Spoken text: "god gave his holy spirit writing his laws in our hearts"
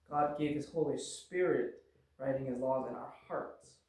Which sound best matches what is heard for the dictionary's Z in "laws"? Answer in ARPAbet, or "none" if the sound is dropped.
Z